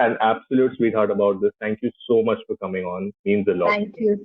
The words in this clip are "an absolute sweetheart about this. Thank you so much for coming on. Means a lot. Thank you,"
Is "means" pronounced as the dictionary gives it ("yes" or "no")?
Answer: yes